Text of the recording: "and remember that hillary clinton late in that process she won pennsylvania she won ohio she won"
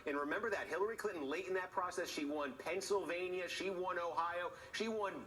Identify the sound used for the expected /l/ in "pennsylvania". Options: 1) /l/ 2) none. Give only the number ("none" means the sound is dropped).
1